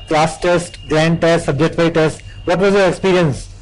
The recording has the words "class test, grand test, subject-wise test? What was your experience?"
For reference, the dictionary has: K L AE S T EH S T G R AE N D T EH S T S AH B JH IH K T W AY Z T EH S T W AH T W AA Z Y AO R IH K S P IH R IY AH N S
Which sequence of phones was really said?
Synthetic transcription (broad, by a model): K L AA S T EH S T G R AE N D T EH S T S AH B JH IH K T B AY T EH S T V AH T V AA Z Y AO R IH K S P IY R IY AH N S